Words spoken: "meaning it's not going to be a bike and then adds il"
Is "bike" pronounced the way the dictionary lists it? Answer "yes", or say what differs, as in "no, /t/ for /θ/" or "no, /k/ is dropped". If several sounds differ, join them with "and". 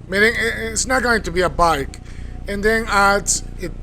yes